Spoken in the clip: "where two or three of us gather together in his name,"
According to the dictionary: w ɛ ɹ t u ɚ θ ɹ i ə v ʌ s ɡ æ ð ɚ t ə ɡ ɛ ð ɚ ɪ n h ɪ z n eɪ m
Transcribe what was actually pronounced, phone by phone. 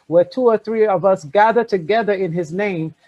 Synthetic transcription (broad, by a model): w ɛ ɹ t u ɚ θ ɹ i ə v ʌ s ɡ æ ð ɚ t ə ɡ ɛ ð ɚ ɪ n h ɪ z n eɪ m